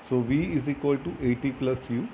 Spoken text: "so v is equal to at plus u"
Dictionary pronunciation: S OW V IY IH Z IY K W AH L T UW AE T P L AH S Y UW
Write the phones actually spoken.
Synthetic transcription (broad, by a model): S OW V IY IH Z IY K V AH L T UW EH T P L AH S Y UW